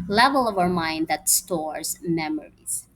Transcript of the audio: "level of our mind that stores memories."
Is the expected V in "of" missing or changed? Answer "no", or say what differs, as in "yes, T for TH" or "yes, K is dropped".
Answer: no